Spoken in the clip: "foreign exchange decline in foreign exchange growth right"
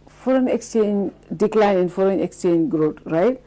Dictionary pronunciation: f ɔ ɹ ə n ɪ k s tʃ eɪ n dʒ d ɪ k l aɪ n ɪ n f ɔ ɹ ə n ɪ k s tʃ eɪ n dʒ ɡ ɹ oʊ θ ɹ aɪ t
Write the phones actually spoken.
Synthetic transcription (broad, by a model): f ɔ ɹ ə n ɪ k s tʃ eɪ n dʒ d ɪ k l aɪ n ɪ n f ɔ ɹ ə n ɪ k s tʃ eɪ n dʒ ɡ ɹ oʊ t ɹ aɪ t